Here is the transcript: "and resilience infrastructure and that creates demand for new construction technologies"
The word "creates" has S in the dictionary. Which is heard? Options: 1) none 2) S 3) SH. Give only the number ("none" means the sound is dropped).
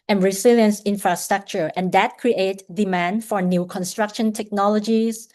1